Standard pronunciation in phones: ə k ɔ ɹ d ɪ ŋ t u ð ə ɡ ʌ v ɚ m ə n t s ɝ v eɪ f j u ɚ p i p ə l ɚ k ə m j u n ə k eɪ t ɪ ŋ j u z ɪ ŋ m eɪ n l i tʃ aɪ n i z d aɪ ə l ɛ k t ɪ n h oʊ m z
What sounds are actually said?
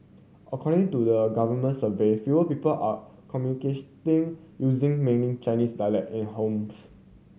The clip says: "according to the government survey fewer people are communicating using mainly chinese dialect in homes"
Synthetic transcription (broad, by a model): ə k ɔ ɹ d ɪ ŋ t u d ə ɡ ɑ v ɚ m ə n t s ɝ v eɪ f j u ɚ p i p ə l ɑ k ə m j u n ə k eɪ t ɪ ŋ j u z ɪ ŋ m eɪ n i tʃ aɪ n i s d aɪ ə l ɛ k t ɪ n h oʊ m s